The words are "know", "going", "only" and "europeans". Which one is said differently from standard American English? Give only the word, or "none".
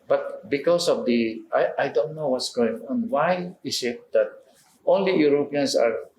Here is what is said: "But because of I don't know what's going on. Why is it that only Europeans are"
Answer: europeans